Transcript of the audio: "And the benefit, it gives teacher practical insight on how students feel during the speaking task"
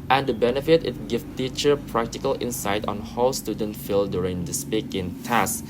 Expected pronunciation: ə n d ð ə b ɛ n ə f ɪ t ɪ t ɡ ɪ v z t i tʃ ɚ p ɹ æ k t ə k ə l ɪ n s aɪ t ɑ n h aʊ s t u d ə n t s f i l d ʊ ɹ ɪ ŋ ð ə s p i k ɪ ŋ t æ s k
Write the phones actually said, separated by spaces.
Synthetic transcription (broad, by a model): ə n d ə b ɛ n ə f ɪ t ɪ t ɡ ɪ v t i tʃ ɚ p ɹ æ k t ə k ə l ɪ n s aɪ t ɑ n h aʊ s t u d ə n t f i l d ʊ ɹ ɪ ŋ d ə s p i k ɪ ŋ t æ s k